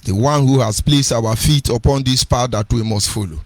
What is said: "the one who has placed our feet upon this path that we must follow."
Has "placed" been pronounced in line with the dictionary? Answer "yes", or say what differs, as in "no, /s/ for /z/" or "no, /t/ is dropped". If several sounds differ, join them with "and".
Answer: yes